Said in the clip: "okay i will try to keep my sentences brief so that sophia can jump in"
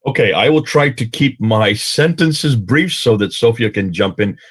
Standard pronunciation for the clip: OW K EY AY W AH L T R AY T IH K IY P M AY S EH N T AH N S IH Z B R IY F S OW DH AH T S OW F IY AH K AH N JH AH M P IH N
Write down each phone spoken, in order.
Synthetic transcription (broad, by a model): OW K EY AY W AH L T R AY T IH K IY P M AY S EH N T AH N S IH Z B R IY F S OW DH AH T S OW F IY AH K AH N JH AH M P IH N